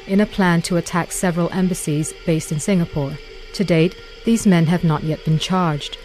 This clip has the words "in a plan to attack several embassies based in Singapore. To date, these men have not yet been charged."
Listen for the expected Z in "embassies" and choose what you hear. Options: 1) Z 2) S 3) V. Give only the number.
1